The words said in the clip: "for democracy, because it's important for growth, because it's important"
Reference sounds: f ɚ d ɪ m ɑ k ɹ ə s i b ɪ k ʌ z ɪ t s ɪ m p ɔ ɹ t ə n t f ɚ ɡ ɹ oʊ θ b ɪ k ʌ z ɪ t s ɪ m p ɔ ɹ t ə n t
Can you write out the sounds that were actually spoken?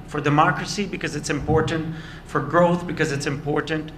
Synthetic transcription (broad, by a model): f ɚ d ɪ m ɑ k ɹ ə s i b ɪ k ʌ z ɪ t s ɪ m p ɔ ɹ t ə n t f ɚ ɡ ɹ oʊ θ b ɪ k ʌ z ɪ t s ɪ m p ɔ ɹ t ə n t